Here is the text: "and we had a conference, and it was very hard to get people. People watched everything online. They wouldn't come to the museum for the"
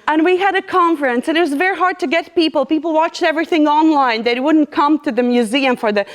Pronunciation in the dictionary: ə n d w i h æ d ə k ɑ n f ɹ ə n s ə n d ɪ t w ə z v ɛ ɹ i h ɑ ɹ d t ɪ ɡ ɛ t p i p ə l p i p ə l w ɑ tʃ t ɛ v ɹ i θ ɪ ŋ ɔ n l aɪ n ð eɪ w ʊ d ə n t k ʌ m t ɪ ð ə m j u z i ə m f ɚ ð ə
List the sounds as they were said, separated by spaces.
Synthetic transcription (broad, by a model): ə n w i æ d ə k ɑ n f ɹ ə n s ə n ɪ t w ə z v ɛ ɹ i h ɑ ɹ d t ɪ ɡ ɛ t p i p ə l p i p l w ɑ tʃ t ɛ v ɹ i θ ɪ ŋ ɔ n l aɪ n ð eɪ w ʊ d n k ʌ m t ɪ ð ə m j u z i ə m f ɚ ð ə